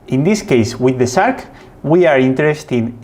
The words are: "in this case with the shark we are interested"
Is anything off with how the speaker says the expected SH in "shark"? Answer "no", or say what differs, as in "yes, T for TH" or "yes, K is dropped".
yes, S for SH